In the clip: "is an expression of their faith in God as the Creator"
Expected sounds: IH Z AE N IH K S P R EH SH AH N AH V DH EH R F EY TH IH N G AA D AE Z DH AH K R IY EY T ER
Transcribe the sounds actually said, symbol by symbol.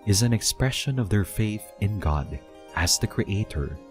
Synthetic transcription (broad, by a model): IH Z AE N IH K S P R EH SH AH N AH V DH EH R F EY TH IH N G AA D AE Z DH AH K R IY EY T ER